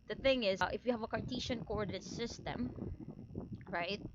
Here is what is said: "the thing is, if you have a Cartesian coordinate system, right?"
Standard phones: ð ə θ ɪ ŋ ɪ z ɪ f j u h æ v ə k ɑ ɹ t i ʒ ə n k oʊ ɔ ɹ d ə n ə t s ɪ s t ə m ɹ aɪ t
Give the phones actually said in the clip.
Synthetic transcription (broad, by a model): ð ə θ ɪ ŋ ɪ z ɪ f j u h æ v ə k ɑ ɹ t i ʃ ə n k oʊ ɔ ɹ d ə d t s ɪ s t ə m ɹ aɪ t